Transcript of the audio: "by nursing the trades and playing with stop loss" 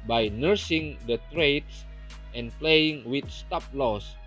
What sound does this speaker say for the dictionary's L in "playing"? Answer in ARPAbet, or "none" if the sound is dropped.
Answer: L